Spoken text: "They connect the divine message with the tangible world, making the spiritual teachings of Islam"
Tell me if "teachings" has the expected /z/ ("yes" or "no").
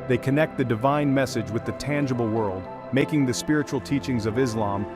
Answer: yes